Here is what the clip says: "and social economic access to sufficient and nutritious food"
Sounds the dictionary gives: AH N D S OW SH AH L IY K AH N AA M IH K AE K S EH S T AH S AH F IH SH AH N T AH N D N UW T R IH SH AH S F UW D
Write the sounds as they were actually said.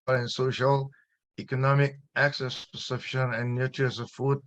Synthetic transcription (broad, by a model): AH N S OW SH AH L IY K AH N AA M IH K AE K S EH S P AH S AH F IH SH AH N AH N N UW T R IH AH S F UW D